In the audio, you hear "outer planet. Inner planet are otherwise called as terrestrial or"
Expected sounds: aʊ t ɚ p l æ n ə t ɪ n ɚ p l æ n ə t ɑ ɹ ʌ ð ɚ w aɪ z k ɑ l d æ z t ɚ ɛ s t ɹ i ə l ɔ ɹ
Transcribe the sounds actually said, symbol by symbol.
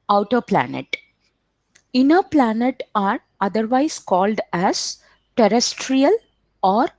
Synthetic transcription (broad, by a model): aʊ t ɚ p l æ n ə t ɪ n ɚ p l æ n ə t ɑ ɹ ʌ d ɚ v aɪ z k ɑ l d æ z t ɚ ɛ s t ɹ i ə l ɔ ɹ